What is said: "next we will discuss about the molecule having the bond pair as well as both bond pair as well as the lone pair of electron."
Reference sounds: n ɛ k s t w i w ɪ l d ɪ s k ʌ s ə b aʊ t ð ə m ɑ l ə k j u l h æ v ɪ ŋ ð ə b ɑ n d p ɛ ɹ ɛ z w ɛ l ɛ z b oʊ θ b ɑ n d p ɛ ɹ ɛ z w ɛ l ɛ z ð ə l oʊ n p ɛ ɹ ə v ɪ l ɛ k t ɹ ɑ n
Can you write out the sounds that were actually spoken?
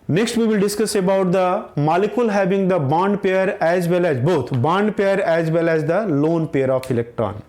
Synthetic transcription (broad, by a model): n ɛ k s t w i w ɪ l d ɪ s k ʌ s ə b aʊ t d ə m ɑ l ə k j u l h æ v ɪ ŋ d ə b ɑ n d p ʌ ɹ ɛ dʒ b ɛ l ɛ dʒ b oʊ t b ɑ n d p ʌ ɹ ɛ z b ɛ l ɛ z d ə l oʊ n p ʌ ɹ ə f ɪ l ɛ k t ɹ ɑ n